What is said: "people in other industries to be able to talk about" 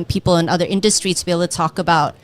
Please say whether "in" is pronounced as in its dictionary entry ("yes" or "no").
yes